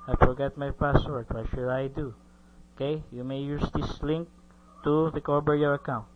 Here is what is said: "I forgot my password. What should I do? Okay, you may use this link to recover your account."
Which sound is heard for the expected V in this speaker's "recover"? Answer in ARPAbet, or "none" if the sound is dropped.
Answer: B